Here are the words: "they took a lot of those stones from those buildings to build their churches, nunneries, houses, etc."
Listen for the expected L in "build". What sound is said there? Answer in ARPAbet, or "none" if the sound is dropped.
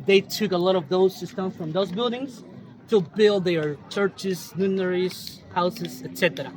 L